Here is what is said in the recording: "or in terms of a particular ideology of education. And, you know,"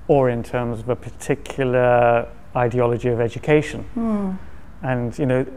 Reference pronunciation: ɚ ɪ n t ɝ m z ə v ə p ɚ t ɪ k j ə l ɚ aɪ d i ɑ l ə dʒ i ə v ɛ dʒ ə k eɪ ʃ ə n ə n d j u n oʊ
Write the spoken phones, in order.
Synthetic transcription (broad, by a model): ɚ ɪ n t ɝ m z ə v ə p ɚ t ɪ k j l ɚ aɪ d i ɑ l ə dʒ i ə v ɛ dʒ ə k eɪ ʃ ə n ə n j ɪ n oʊ